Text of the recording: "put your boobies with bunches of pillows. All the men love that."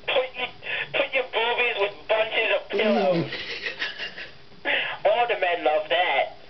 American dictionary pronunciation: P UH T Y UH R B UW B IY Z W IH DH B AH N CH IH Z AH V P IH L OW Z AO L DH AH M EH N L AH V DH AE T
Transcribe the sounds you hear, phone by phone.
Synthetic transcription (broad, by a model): P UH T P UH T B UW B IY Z W IH DH B AH N CH IH Z AH V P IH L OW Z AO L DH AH M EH N L AH V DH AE T